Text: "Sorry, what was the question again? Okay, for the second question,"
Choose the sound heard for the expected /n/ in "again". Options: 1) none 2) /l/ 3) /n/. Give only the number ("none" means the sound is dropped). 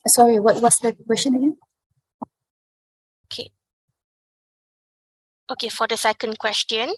1